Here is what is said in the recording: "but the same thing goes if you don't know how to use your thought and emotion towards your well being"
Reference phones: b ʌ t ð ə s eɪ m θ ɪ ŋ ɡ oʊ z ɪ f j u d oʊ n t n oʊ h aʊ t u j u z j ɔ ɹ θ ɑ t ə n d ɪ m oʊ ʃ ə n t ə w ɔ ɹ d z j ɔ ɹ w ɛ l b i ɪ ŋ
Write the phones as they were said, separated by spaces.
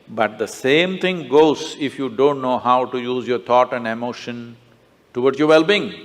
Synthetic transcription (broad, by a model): b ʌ t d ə s eɪ m t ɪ ŋ ɡ oʊ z ɪ f j u d oʊ n t n oʊ h aʊ t u j u z j ɔ ɹ t ɑ t ə n d ɪ m oʊ ʃ ə n t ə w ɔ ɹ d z j ɔ ɹ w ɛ l b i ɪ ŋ